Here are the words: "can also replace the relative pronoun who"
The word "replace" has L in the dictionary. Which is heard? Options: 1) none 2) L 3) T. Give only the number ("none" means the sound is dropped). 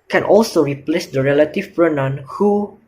2